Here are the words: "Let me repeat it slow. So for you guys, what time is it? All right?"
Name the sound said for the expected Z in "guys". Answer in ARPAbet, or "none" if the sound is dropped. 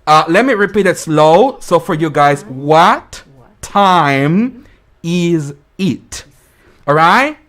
Z